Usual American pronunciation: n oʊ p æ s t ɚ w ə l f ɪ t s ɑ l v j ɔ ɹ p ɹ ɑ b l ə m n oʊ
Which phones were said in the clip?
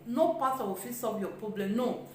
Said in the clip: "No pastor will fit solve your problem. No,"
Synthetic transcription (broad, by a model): n oʊ p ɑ t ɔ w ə f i s ɑ l v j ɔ p ɹ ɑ b l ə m n oʊ